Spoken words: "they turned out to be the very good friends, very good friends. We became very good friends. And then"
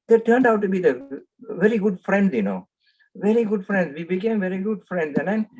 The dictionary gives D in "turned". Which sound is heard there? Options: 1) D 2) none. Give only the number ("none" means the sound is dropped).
1